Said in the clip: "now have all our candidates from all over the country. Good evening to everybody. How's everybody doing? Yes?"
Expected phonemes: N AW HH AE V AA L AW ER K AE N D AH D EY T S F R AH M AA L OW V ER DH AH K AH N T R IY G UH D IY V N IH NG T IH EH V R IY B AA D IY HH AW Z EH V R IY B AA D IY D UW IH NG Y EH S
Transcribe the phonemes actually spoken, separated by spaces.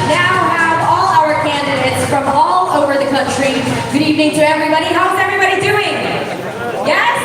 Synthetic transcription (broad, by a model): N AW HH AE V AA L AW ER K AE N D AH D EY T S F R AH M AA L OW V ER DH AH K AH N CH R IY G UH D IY V N IH NG T IH EH V R IY B AA D IY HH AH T EH V R IY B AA D IY D UW IH NG Y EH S